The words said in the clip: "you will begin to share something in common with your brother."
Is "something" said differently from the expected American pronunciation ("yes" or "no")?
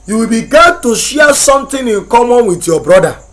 yes